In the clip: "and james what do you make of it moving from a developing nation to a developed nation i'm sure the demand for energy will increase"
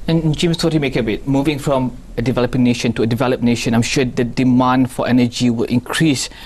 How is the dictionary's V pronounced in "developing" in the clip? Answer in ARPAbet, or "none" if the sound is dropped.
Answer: V